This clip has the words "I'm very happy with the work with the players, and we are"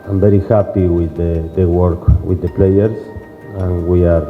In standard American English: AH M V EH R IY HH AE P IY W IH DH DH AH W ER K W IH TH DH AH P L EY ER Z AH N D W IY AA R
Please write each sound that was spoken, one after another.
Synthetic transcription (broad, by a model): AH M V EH R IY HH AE P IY W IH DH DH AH W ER K W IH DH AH P L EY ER S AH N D W IY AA R